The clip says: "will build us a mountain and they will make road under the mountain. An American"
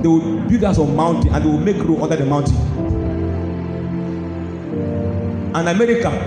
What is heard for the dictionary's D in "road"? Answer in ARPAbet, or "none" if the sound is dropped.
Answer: none